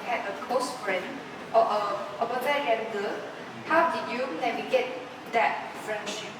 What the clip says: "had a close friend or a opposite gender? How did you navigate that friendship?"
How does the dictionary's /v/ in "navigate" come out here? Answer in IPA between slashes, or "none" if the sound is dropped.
/w/